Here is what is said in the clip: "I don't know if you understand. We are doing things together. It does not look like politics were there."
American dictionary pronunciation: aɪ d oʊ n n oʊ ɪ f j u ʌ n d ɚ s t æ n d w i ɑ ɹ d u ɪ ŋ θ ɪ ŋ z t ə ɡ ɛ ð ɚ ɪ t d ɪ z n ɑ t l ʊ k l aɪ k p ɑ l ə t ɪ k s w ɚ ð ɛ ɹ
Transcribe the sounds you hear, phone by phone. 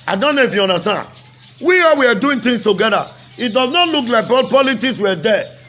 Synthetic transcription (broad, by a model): aɪ d oʊ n n oʊ ɪ f j u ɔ n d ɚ s t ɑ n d w i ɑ w d u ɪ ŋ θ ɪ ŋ s t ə ɡ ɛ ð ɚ ɪ t d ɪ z n ɑ t l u k l aɪ k p ɑ l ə t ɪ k s w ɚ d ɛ